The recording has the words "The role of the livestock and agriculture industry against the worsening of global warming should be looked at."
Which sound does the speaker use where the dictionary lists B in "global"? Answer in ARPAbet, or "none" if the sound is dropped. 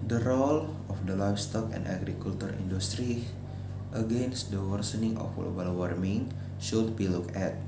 none